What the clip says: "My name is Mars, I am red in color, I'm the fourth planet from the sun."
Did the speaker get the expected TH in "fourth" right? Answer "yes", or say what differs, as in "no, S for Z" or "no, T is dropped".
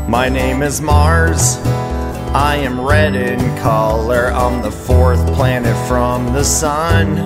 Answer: yes